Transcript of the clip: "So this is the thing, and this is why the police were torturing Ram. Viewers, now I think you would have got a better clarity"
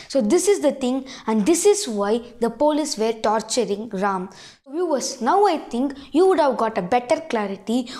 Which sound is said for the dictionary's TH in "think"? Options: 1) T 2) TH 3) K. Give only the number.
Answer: 1